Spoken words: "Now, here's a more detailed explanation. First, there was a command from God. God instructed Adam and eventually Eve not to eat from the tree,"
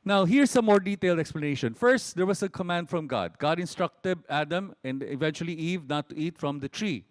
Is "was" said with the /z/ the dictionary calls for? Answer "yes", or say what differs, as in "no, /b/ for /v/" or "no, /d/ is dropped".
no, /s/ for /z/